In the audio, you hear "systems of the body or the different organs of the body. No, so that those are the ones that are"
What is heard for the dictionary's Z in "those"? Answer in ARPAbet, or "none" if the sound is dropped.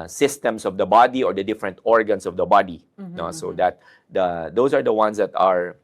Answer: S